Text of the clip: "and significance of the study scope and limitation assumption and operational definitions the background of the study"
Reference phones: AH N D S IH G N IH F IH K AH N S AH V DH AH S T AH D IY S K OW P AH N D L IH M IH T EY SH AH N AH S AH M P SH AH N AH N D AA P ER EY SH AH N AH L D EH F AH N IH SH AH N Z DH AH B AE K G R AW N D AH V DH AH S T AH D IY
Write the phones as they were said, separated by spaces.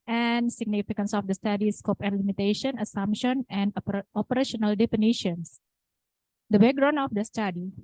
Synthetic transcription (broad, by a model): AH N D S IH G N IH F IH K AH N S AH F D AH S T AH D IY S K OW P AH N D L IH M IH T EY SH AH N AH S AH M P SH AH N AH N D AA P ER EY SH AH N AH L D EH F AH N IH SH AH N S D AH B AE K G R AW N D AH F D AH S T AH D IY